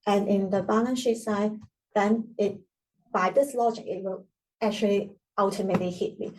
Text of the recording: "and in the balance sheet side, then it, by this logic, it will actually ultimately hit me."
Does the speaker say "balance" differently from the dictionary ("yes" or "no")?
yes